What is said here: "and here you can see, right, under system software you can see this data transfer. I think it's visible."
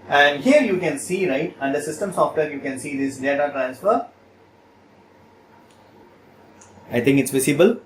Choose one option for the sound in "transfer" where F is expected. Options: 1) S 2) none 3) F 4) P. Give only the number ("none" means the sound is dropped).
3